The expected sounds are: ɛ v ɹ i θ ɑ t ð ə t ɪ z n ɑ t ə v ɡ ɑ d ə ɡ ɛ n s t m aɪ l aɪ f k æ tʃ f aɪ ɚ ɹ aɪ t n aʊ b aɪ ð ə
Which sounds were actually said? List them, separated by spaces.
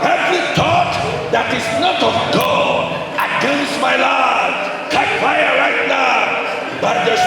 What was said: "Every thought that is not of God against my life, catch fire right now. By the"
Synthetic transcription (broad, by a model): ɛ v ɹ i t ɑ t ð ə t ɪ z n ɑ t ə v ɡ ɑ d ə ɡ ɛ n s t m aɪ l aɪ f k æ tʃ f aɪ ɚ ɹ aɪ t n aʊ b aɪ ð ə